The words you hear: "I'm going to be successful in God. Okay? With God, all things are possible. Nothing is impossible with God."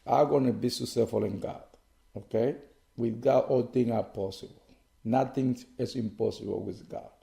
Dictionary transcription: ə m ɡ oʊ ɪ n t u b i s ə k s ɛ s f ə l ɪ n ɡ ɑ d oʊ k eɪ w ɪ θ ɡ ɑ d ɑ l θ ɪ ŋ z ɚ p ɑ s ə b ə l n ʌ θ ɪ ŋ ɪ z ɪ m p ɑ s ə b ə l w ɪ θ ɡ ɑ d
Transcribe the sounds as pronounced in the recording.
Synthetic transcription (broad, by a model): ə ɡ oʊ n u b i s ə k s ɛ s f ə l ɪ n ɡ ɑ d oʊ k eɪ w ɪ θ ɡ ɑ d ɑ l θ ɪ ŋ ɚ p ɑ s ə b ə l n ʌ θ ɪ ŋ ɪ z ɪ m p ɑ s ə b ə l w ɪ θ ɡ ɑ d